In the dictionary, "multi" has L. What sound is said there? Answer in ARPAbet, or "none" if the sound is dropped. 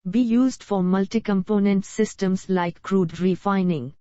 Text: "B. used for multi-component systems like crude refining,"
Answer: L